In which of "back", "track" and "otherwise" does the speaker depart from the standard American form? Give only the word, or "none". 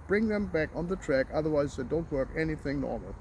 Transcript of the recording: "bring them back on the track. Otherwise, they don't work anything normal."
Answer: none